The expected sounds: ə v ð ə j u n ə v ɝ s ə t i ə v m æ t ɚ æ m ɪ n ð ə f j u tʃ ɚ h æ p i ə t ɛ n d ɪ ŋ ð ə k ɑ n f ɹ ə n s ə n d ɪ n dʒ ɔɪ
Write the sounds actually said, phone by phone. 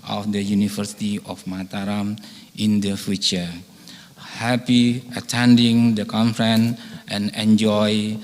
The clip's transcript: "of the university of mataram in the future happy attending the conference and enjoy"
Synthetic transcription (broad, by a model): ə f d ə j u n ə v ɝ s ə t i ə f m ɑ t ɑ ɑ m ɪ n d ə f j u tʃ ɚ h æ p i ə t ɛ n d ɪ ŋ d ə k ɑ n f ɹ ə n ə n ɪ n dʒ ɔɪ